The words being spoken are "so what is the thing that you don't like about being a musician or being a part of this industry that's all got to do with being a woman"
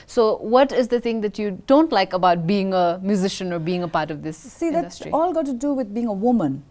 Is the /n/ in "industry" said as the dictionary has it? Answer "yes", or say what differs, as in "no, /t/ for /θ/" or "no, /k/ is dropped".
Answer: no, /n/ is dropped